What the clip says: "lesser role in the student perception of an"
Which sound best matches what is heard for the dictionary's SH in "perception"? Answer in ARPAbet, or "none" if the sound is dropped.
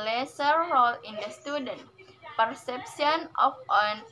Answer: S